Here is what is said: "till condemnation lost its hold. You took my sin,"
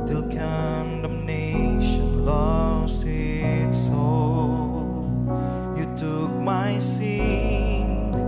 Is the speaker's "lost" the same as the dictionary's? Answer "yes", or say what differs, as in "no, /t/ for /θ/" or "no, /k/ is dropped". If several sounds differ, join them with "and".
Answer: no, /t/ is dropped